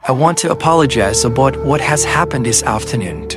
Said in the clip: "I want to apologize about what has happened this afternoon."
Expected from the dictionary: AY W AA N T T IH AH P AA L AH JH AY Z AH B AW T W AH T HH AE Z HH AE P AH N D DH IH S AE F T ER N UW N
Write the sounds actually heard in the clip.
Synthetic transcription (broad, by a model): AY W AA N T T IH AH P AA L AH JH AY Z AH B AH T W AH T HH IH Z HH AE P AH N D DH IH S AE F T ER N UW N